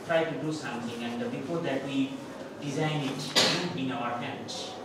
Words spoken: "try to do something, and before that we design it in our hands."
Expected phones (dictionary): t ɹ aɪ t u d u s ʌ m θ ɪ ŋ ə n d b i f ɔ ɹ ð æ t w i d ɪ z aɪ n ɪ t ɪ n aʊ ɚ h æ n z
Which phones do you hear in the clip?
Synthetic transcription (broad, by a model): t ɹ aɪ t u d u s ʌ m t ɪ ŋ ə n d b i p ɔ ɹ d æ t w i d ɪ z aɪ n ɪ t ɪ n aʊ ɚ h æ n